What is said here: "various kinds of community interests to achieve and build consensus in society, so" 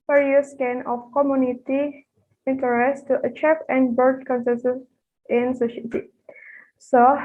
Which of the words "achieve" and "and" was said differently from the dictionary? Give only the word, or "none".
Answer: achieve